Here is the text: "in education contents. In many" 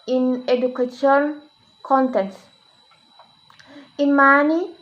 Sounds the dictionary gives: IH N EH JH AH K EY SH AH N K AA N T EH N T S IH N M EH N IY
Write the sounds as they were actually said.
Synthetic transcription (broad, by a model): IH N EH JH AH K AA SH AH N K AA N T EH N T IH N M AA N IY